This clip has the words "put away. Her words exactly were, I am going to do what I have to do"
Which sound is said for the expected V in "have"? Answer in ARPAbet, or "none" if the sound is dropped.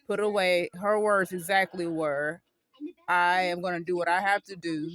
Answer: F